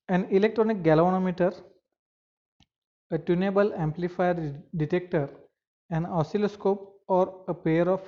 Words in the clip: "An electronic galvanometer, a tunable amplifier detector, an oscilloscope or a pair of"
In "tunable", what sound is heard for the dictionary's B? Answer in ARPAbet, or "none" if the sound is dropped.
B